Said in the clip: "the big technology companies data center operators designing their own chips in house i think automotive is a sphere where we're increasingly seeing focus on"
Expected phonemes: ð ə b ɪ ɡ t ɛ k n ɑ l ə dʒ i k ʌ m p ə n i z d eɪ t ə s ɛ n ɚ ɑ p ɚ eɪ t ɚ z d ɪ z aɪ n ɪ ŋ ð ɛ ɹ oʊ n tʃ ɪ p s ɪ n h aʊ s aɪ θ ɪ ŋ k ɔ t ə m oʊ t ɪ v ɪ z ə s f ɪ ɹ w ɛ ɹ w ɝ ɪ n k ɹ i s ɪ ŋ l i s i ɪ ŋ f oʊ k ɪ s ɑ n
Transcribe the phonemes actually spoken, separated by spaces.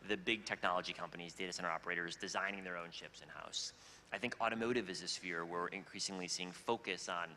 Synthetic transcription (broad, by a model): ð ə b ɪ ɡ t ɛ k n ɑ l ə dʒ i k ʌ m p ə n i z d eɪ t ə s ɛ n ɚ ɑ p ɚ eɪ t ɚ z d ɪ z aɪ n ɪ ŋ ð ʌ ɹ oʊ n ʃ ɪ p s ɪ n h aʊ s aɪ θ ɪ ŋ k ɔ t ə m oʊ t ɪ v ɪ z ə s f ɪ ɹ w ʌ ɹ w ɪ n k ɹ i s ɪ ŋ l i s i ɪ ŋ f oʊ k ɪ s n